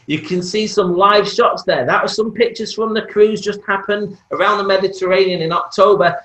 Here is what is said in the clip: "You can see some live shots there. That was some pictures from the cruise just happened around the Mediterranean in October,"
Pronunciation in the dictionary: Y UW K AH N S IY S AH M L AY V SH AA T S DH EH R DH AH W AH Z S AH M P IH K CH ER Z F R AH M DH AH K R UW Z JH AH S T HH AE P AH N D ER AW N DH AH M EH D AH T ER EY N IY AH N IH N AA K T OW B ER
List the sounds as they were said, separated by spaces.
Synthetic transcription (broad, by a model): Y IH K AH N S IY S AH M L AY V SH AA T S DH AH R DH AH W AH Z S AH M P IH K CH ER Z F R AH M DH AH K R UW Z JH AH S T HH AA P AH N D ER AW N DH AH M EH D AH T ER EY N IY AH N IH N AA K T OW B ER